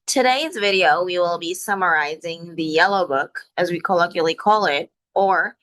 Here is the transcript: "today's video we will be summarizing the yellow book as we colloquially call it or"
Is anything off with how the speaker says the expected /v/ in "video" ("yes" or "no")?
no